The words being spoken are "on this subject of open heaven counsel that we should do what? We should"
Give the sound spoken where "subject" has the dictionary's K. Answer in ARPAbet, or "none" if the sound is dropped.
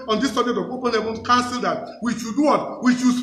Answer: none